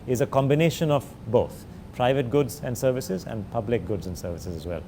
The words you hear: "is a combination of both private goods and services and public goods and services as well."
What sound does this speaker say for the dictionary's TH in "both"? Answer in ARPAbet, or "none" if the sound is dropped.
T